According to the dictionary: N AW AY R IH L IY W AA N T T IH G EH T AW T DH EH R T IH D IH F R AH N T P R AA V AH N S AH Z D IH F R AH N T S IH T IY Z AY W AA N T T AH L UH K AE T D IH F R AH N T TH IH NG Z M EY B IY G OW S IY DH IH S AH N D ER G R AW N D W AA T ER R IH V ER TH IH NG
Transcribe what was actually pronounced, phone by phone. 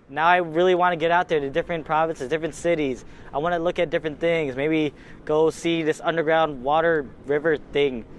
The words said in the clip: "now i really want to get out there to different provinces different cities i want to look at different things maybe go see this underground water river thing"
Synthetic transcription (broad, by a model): N AW AY R IH L IY W AA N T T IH G EH T AW T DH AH R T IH D IH F R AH N P R AA V AH N S AH Z D IH F R AH N T S IH T IY Z AY W AA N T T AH L UH K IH T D IH F R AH N TH IH NG Z M EY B IY G OW S IY DH IH S AH N D ER G R AW N D W AA T ER R IH V ER TH IH NG